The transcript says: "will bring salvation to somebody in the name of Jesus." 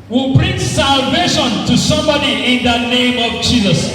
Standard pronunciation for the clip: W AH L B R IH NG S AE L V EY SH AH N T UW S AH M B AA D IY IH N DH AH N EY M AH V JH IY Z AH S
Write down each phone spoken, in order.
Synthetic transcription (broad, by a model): W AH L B R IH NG S AE L V EY SH AH N T UW S AH M B AA D IY IH N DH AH N EY M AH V JH IY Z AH S